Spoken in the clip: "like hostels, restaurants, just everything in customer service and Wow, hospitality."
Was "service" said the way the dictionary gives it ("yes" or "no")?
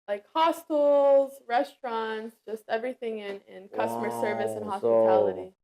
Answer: yes